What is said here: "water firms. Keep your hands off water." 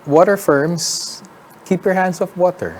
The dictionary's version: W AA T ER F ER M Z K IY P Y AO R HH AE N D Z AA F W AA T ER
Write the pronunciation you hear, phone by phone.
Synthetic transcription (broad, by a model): W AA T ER F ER M S K IY P Y AO R HH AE N D S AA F W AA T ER